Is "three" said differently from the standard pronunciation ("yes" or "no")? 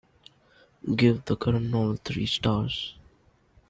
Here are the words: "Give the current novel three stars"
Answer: yes